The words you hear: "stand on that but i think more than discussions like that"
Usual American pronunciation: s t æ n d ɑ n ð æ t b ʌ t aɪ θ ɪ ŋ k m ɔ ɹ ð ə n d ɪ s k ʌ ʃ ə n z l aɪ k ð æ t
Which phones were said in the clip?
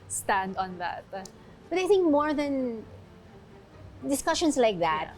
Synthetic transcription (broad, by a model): s t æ n d ɑ n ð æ t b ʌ t aɪ θ ɪ ŋ k m ɔ ɹ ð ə n d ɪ s k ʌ ʃ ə n s l aɪ k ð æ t